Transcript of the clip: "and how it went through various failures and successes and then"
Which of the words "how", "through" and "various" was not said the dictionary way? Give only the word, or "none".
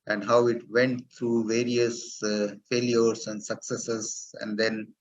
through